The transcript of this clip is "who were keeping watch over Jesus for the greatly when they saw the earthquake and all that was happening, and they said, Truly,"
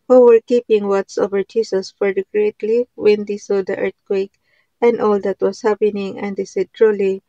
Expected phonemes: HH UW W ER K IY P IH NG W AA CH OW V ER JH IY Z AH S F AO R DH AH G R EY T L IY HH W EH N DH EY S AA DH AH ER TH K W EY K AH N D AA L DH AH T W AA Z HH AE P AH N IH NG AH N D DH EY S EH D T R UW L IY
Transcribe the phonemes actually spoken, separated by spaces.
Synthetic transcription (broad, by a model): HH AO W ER K IY P IH NG W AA S OW V ER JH IY S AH S F AO R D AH G R EY T L IY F W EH N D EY S AA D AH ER T K W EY K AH N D AA L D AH T W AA S HH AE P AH N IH NG AH N D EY S EH D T R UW L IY